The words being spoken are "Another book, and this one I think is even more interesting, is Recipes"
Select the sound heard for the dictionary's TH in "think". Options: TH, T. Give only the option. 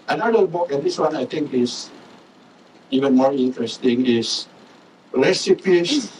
T